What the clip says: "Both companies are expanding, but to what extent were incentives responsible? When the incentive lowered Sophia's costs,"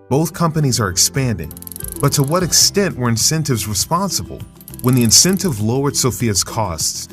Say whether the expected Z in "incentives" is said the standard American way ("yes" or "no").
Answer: yes